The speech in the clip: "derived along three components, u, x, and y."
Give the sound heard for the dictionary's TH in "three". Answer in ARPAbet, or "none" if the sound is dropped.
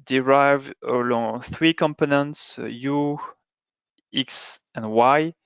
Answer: TH